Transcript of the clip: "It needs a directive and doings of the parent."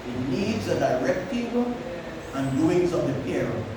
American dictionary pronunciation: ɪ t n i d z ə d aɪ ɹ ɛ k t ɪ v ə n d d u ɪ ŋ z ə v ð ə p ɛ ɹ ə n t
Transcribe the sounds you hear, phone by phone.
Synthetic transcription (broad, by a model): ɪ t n i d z ə d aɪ ɹ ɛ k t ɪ w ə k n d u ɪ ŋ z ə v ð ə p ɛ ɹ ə